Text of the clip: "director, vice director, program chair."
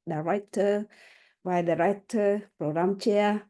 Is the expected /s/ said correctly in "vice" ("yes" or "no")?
no